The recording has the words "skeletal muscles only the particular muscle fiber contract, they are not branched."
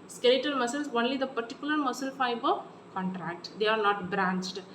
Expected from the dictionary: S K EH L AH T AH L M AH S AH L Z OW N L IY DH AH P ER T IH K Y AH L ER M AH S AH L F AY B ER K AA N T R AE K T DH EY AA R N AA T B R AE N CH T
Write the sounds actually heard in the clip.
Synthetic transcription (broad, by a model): S K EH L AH T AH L M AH S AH L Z OW N L IY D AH P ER T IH K Y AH L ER M AH S AH L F AY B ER K AA N T R AE K T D EY AA R N AA T B R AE N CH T